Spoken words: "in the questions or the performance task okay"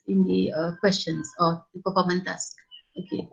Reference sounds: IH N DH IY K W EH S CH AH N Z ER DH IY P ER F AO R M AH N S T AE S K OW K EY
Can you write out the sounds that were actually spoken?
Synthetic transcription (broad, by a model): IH N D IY K W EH S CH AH N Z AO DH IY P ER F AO M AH N T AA S K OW K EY